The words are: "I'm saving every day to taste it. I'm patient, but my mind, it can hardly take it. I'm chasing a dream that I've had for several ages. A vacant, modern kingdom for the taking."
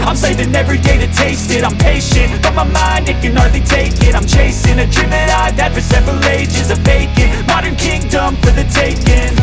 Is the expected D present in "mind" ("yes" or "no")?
yes